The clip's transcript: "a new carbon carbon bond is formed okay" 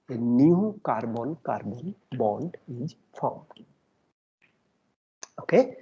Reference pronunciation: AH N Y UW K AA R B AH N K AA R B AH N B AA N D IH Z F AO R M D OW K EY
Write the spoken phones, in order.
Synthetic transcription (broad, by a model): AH N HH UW K AA R B AH N K AA R B AH N B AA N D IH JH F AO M OW K EY